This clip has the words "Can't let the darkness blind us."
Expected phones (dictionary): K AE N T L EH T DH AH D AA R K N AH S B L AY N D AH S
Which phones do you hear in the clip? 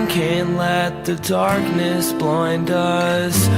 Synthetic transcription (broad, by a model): K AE N L EH T DH AH D AA R K N AH S B L AY N D AH S